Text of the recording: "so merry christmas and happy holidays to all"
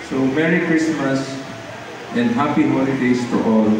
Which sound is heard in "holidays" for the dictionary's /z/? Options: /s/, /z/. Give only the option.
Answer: /s/